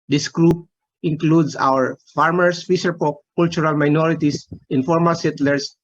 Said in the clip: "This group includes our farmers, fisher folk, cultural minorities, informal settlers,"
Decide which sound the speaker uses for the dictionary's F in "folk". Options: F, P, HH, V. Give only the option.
P